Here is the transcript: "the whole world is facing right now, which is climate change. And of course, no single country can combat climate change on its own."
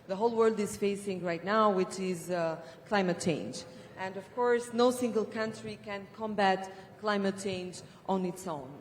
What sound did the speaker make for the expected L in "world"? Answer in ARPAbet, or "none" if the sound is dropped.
L